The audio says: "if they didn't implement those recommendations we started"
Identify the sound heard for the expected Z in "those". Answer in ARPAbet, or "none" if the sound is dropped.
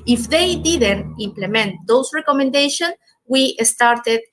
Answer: S